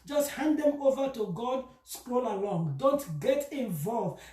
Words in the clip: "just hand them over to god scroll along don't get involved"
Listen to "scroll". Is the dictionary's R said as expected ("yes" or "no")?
yes